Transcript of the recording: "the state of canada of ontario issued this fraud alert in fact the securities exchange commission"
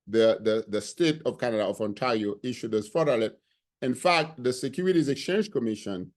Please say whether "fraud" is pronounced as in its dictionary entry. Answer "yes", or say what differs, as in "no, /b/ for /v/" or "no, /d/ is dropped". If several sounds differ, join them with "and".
no, /ɹ/ is dropped